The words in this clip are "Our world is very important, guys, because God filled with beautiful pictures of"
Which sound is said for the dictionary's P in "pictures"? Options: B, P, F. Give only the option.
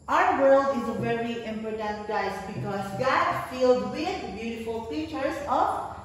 F